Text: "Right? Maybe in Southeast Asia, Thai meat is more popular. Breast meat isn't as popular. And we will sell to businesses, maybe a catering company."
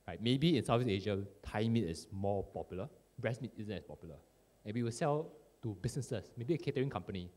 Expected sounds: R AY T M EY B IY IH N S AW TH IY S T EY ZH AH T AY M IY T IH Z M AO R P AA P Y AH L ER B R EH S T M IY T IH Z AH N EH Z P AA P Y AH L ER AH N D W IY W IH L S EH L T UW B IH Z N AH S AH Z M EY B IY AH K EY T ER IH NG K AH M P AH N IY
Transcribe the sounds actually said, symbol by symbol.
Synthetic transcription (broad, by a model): R AY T M EY B IY IH N S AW F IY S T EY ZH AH T AY M IY T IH S M AO P AA P Y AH L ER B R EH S M IY T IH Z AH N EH S P AA P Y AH L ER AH N W IY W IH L S EH L T UW B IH S N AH S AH S M EY B IY AH K EY T ER IH NG K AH M P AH N IY